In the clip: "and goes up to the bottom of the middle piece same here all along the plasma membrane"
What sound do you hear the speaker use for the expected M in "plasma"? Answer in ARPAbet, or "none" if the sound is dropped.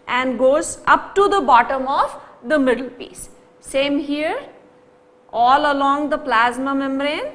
M